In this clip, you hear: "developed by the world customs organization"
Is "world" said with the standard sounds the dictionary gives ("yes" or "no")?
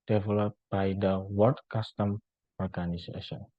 no